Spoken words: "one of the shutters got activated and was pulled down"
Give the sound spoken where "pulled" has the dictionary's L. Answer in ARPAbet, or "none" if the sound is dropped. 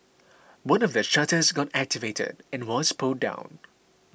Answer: none